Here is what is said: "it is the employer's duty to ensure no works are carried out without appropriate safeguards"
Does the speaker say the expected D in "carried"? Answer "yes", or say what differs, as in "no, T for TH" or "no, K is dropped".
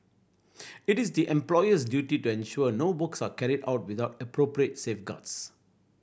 yes